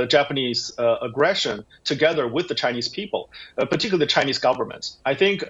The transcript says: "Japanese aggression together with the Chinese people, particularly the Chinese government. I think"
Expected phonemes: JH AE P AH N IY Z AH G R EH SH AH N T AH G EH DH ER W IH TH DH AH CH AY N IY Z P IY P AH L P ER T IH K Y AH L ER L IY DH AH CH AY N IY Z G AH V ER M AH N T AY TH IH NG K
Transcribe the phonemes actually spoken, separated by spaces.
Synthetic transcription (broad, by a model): JH AE P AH N IY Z AH G R EH SH AH N T AH G EH DH ER W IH DH AH CH AY N IY Z P IY P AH L P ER T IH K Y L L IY DH AH CH AY N IY Z G AH V ER M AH N T AY TH IH NG K